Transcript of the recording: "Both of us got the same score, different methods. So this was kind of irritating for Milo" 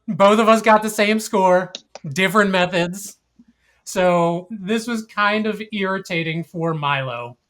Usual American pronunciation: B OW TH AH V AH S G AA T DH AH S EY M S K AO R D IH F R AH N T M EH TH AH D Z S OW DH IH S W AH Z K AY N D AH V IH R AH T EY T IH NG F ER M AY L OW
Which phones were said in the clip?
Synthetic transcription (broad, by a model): B OW TH AH V AH S G AA T DH AH S EY M S K AO R D IH F R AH N M EH TH AH D Z S OW DH IH S W AH Z K AY N D AH V IH R AH T EY T IH NG F ER M AY L OW